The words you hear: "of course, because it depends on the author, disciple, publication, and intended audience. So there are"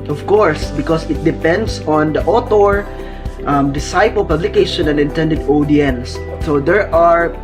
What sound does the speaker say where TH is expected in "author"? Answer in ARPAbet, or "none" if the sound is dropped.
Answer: T